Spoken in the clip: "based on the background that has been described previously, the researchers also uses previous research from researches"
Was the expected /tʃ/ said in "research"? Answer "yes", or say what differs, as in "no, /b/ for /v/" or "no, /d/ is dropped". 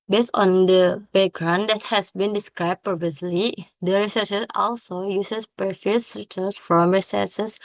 no, /s/ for /tʃ/